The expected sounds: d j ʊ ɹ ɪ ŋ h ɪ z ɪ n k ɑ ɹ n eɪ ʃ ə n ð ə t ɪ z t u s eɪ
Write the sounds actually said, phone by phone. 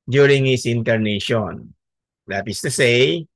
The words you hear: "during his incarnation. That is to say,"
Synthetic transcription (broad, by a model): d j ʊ ɹ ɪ ŋ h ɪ s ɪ n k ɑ ɹ n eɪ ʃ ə n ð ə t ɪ s t u s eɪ